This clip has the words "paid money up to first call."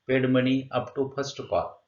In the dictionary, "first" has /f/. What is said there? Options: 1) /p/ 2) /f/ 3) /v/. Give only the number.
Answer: 1